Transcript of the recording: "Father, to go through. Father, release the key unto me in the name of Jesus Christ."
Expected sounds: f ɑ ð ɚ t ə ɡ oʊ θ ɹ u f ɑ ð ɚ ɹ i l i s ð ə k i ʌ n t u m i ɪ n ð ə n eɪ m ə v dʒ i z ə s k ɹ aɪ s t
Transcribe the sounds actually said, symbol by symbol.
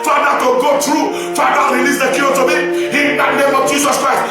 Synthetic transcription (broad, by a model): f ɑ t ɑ t ə ɡ oʊ t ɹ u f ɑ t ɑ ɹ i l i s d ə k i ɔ t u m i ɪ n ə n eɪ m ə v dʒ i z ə s k ɹ aɪ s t